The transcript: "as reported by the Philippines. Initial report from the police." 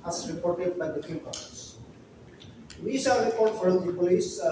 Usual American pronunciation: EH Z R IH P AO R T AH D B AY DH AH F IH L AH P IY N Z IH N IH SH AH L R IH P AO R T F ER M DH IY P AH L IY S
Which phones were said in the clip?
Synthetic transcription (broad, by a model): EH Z R IH P AO R T AH D B AY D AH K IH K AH IY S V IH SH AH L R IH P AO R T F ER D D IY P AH L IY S